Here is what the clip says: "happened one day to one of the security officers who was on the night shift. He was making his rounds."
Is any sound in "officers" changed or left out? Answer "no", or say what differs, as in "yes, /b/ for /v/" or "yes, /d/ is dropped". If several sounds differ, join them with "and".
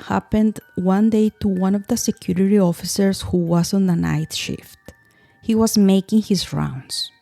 yes, /s/ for /z/